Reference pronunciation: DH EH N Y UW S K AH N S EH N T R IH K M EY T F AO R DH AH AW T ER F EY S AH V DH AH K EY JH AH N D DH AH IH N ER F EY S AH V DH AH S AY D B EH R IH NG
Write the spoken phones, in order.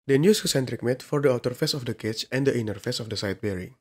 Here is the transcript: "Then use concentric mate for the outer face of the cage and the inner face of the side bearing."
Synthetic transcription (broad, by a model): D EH N Y UW S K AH S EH N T R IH K M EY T F AO R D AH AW T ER F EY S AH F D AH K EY CH AH N D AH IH N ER F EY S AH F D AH S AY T B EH R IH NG